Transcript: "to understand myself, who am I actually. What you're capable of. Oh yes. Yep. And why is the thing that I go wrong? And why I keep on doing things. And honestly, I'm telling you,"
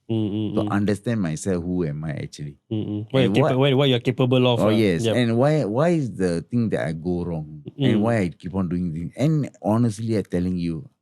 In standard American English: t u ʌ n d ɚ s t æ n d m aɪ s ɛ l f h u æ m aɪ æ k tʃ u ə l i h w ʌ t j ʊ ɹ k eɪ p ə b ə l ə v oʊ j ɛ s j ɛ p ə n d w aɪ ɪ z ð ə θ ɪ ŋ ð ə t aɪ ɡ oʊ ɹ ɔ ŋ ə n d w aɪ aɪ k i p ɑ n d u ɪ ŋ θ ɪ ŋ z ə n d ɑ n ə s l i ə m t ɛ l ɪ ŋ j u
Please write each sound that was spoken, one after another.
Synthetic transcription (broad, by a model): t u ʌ n d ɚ s t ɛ n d m aɪ s ɛ l f h u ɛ m aɪ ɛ k tʃ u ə l i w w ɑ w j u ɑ k eɪ p ə b ə l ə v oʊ j ɛ s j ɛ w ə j w aɪ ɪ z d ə t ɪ ŋ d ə t aɪ ɡ oʊ ɹ ɔ ŋ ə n w aɪ aɪ k i p ɑ n d u ɪ ŋ t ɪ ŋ s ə n ɑ n ə s l i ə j t ɛ l ɪ ŋ j u